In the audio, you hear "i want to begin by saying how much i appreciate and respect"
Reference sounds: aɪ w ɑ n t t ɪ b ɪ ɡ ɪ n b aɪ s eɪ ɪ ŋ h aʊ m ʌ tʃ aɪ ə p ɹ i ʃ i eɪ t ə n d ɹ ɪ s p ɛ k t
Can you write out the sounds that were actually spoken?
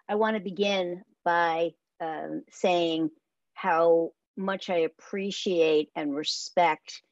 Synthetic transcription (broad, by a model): aɪ w ɑ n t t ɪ b ɪ ɡ ɪ n b aɪ s eɪ ɪ ŋ h aʊ m ʌ tʃ aɪ ə p ɹ i ʃ i eɪ t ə n ɹ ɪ s p ɛ k t